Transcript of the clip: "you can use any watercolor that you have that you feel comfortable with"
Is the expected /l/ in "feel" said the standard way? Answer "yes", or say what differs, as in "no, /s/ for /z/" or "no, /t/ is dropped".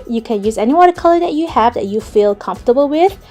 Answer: yes